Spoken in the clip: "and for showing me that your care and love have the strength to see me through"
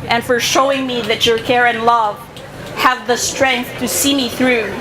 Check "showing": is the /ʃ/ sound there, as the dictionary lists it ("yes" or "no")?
yes